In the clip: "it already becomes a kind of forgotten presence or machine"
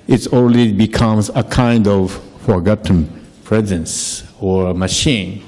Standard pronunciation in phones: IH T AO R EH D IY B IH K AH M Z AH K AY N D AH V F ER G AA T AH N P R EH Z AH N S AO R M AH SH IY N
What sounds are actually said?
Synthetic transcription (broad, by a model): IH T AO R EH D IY B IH K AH M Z AH K AY N D AH V F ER G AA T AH N P R EH Z AH N S AO R M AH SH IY N